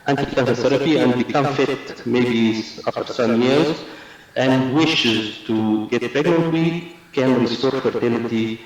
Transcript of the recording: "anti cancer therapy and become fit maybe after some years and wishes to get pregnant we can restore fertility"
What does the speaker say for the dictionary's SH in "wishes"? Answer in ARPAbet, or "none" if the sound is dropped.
SH